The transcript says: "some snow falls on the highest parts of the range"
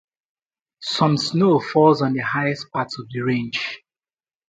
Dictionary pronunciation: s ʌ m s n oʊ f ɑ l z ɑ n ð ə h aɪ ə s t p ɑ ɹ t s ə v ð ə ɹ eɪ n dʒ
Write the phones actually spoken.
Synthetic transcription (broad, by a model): s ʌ m s n oʊ f ɑ l z ɑ n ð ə h aɪ ə s t p ɑ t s ə v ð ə ɹ eɪ n dʒ